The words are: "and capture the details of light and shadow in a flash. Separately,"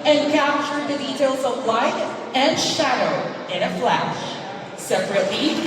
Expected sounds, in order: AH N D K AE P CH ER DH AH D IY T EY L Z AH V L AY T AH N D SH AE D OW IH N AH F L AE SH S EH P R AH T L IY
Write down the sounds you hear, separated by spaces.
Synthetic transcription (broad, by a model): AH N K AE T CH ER DH AH D IY T EY L Z AH V L AY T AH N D SH AE D OW IH N AH F L AE SH S EH P R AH T L IY